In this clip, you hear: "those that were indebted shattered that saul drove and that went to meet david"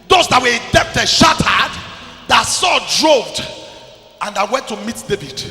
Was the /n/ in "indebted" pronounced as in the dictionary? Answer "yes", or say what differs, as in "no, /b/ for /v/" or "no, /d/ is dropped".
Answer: no, /n/ is dropped